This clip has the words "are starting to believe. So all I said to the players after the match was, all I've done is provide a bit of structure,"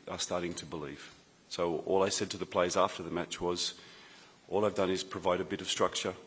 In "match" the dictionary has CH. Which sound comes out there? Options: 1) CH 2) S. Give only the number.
1